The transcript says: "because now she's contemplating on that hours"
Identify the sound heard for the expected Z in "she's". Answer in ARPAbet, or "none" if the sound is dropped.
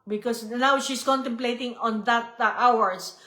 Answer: S